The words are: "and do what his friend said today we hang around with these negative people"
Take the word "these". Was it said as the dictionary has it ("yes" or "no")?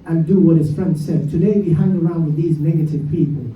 yes